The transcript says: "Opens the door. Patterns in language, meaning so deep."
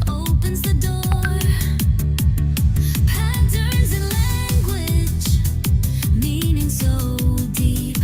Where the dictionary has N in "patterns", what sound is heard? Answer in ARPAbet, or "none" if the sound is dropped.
none